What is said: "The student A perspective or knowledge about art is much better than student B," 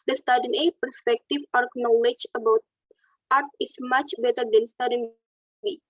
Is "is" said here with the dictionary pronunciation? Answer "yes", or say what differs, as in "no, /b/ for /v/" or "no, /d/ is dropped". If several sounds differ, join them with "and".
no, /s/ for /z/